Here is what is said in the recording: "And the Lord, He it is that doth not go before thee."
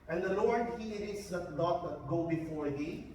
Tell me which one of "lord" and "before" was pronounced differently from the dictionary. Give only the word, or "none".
none